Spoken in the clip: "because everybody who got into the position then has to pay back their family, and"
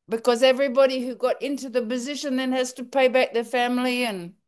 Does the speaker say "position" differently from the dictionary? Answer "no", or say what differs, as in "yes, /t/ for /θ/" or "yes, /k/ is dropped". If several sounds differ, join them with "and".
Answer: no